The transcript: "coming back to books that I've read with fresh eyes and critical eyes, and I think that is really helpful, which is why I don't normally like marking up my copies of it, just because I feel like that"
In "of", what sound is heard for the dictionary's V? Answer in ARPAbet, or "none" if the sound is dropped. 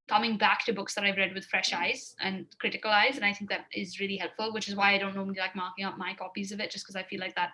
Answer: V